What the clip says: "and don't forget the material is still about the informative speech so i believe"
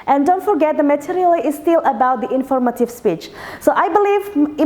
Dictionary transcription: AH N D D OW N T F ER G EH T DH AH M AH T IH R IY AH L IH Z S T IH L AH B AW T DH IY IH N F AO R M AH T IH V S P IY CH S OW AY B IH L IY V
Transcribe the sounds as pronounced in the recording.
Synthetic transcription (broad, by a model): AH N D D OW N T F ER G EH T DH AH M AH T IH R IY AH L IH S T IH L AH B AW T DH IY IH N F AO R M AH T IH V S P IY CH S OW AY B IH L IY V